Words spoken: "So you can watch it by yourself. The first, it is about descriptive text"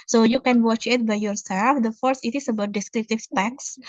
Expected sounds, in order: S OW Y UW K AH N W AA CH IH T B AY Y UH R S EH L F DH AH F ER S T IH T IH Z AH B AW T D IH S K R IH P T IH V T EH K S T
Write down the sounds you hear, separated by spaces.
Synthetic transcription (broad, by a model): S OW Y UW K AH N W AA CH IH T B AY Y UH R S EH L F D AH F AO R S IH T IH S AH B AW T D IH S K R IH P T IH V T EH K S